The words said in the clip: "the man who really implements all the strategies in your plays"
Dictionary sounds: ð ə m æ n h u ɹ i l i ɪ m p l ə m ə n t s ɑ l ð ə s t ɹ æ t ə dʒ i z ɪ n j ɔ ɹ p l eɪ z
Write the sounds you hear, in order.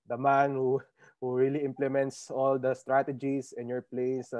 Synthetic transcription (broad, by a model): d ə m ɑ n h u ɹ i l i ɪ m p l ə m ə n t s ɑ l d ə s t ɹ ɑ t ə dʒ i s ɪ n j ɔ ɹ p l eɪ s